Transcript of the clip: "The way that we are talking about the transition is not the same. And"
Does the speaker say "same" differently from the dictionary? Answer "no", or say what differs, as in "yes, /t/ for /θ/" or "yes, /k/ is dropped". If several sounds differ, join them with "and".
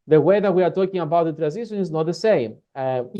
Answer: yes, /m/ is dropped